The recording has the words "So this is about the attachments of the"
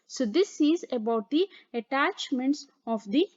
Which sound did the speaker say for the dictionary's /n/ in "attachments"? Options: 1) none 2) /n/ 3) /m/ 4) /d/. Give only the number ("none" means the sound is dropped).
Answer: 2